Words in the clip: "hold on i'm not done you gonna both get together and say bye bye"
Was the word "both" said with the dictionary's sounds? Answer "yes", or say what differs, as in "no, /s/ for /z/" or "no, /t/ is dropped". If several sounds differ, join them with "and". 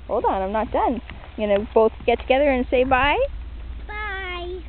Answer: yes